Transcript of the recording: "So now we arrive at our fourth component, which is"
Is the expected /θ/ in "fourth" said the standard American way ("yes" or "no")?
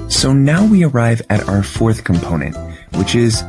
yes